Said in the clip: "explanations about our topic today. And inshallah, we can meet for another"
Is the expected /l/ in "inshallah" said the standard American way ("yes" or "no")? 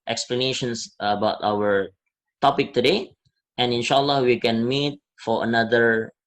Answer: yes